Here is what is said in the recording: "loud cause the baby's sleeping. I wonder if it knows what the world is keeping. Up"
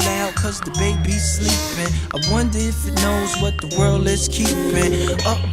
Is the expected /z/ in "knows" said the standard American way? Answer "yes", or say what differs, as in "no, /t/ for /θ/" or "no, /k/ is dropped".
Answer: yes